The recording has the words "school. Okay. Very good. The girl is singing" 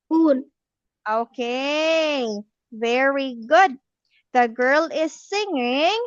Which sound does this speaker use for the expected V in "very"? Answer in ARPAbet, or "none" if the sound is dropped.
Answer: V